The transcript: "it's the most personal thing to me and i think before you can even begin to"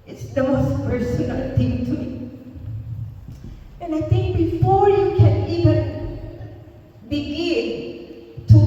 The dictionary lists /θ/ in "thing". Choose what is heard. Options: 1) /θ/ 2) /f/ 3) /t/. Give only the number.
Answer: 3